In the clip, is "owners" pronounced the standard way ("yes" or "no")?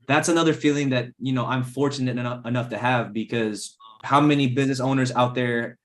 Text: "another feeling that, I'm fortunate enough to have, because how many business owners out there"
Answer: yes